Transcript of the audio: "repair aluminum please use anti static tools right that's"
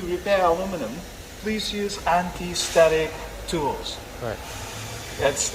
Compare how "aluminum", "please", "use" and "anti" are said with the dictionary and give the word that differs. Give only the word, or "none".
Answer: aluminum